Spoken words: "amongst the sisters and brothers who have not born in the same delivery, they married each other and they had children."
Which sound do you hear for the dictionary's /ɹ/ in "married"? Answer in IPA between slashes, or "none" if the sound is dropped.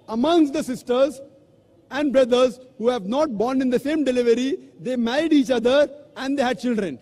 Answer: none